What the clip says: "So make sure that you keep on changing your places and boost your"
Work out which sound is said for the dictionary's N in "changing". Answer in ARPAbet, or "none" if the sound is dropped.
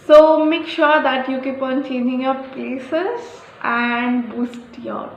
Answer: N